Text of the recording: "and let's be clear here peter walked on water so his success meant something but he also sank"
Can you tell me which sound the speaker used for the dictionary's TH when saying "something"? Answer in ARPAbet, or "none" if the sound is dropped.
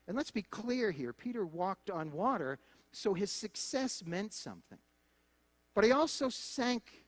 TH